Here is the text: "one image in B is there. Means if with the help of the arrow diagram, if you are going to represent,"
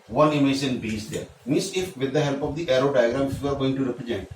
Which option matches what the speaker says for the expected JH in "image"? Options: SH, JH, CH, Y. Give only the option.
SH